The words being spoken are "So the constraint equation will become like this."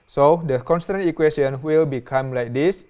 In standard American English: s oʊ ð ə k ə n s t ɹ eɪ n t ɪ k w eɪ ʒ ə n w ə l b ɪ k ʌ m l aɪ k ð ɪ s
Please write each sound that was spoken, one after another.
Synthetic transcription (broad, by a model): s oʊ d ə k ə n s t ɑ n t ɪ k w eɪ s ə n w ə l b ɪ k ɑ m l aɪ k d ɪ s